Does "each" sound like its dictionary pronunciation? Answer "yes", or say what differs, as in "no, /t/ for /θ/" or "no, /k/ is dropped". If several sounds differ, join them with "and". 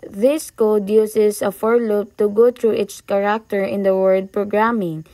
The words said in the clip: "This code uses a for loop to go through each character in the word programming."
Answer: no, /s/ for /tʃ/